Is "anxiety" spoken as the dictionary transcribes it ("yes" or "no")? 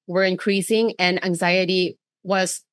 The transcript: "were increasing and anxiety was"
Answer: yes